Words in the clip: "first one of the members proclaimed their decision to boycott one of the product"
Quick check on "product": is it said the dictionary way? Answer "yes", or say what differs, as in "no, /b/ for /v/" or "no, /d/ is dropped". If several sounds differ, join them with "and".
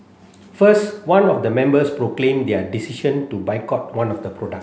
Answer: no, /t/ is dropped